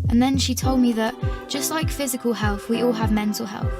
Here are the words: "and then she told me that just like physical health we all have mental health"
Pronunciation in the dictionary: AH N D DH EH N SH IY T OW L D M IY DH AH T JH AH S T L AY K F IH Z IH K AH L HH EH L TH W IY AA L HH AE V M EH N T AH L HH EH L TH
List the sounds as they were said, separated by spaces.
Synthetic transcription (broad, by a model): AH N DH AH N SH IY T OW L D M IY DH AH T JH AH S T L AY K F IH Z IH K AH L HH EH L TH W IY AA L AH V M EH N T AH L HH EH L TH